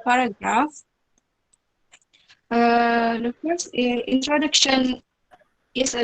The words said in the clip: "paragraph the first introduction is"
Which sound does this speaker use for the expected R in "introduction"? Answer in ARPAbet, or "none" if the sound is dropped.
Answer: R